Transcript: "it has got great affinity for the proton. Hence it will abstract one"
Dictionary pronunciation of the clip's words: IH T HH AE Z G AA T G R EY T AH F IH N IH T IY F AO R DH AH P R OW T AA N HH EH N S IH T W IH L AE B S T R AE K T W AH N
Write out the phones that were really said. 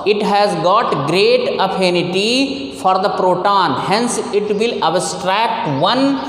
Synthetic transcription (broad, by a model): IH T HH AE Z G AA T G R EY T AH P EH N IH T IY F AO R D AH P R OW T AA N HH EH N S IH T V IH L AE B S T R AE K T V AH N